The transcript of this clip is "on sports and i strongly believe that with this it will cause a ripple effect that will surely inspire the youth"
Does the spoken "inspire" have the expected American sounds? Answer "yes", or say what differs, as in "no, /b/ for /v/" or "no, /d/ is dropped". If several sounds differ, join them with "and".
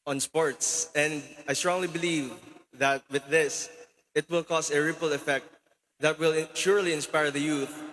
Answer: yes